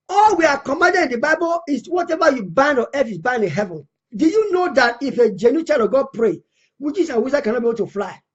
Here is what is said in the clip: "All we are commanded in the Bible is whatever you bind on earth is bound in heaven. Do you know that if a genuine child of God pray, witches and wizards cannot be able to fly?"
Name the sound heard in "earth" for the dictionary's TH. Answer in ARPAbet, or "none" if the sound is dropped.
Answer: F